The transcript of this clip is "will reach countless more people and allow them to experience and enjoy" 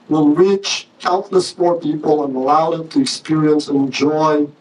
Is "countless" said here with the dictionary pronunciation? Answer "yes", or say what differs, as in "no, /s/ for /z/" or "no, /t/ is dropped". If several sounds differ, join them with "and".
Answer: no, /n/ is dropped